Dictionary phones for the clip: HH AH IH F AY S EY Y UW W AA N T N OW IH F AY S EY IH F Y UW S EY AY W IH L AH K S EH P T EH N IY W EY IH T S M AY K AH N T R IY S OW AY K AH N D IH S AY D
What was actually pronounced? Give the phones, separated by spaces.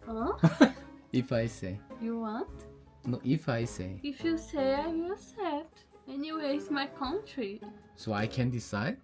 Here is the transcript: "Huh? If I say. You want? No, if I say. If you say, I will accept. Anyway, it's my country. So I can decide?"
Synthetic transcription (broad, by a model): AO IH F AY S EY Y UW W AA N T N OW IH F AY S EY IH F Y UW S EY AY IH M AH S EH T EH N IY W EY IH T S M AY K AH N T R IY S OW AY K AH N D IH S AY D